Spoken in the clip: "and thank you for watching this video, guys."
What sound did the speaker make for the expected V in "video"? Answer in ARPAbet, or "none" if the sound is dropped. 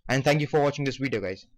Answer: W